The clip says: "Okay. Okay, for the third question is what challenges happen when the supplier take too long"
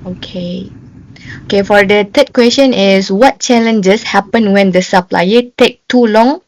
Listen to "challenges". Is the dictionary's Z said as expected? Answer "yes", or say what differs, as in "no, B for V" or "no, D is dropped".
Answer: no, S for Z